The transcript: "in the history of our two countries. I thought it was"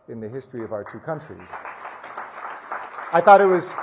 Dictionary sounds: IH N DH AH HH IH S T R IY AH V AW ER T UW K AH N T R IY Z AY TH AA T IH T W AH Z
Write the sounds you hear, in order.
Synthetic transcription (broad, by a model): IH N DH AH HH IH S T R IY AH V AW ER T UW K AH N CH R IY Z AY TH AA T IH T W AH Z